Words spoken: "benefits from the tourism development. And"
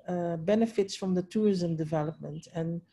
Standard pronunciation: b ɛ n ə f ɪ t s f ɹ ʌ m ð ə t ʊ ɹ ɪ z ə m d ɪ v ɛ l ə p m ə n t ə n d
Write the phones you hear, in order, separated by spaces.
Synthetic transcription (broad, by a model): b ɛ n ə f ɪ t s f ɹ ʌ m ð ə t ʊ ɹ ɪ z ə m d ɪ v ɛ l ə p m ə n t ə n